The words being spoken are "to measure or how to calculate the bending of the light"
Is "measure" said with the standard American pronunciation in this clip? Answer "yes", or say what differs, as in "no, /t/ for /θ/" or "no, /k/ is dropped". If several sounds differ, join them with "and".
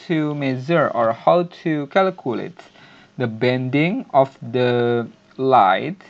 no, /z/ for /ʒ/